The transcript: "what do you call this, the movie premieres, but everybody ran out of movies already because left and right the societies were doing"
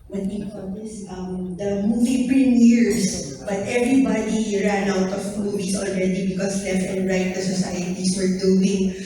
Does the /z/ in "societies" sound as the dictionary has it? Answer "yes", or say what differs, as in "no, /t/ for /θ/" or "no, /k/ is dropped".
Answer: no, /s/ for /z/